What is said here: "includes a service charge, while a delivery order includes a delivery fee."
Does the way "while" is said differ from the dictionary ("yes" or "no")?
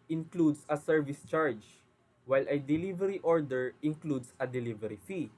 no